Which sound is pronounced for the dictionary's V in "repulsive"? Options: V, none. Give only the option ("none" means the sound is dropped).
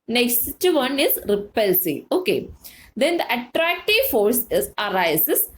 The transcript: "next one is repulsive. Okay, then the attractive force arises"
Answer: none